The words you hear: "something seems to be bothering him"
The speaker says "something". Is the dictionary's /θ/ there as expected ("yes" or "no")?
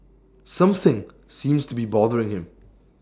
yes